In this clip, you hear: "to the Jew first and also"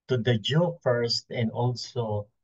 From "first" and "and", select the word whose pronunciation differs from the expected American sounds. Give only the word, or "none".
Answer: none